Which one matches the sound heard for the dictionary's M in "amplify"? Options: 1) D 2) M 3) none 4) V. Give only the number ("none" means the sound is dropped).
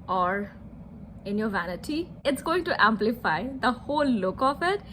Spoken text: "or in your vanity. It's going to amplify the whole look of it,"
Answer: 2